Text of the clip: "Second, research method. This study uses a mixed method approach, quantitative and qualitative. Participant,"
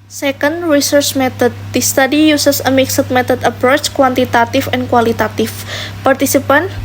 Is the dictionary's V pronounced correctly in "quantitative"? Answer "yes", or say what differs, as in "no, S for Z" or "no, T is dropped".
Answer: no, F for V